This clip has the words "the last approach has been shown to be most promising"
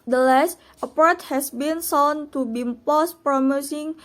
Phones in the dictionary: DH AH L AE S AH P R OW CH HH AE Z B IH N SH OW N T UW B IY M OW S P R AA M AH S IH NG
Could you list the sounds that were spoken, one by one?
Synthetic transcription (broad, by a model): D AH L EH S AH P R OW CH HH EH S B IH N S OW N T UW B IY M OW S P R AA M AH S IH NG